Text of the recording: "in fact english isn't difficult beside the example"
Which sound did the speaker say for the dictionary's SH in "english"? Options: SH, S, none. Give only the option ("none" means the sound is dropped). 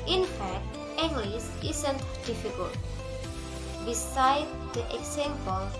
S